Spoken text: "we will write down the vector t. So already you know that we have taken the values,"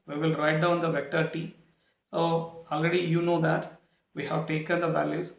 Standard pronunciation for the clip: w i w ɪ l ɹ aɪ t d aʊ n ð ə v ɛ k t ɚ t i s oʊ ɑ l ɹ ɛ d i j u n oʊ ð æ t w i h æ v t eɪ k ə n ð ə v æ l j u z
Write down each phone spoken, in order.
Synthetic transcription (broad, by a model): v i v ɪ l ɹ aɪ t d aʊ n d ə v ɛ k t ɚ t i s oʊ ɑ l ɹ ɛ d i j u n oʊ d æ t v i h æ v t eɪ k ə n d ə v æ l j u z